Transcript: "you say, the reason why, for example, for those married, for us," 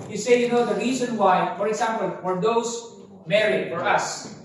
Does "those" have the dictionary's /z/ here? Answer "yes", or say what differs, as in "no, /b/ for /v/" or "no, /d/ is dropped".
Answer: no, /s/ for /z/